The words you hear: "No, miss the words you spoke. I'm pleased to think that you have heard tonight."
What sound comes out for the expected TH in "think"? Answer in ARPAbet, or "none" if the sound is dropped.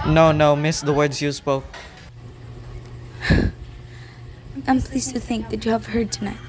TH